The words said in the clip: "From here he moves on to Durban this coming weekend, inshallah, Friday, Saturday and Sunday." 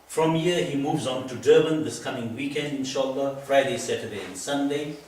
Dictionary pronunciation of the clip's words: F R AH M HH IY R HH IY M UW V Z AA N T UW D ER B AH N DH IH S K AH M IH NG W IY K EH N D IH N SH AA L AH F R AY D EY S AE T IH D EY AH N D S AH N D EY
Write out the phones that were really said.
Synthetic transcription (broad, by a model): F R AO M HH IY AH HH IY M UW V Z AA N T UW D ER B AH N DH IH S K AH M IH NG W IY K EH N D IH N SH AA L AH F R AY D EY S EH T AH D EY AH N S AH N D EY